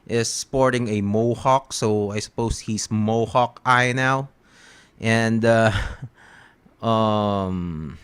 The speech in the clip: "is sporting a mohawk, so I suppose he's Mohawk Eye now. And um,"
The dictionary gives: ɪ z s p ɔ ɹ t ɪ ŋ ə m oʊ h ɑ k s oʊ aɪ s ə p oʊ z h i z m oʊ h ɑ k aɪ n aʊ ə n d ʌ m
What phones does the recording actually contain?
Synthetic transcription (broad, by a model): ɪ s p ɔ ɹ t ɪ ŋ ə m oʊ h ɑ k s oʊ aɪ s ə p oʊ s h i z m oʊ h ɑ k aɪ n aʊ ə n d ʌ m